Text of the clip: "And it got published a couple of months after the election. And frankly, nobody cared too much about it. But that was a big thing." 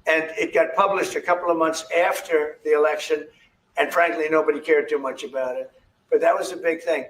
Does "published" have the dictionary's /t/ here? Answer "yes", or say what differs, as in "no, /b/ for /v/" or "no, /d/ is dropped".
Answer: yes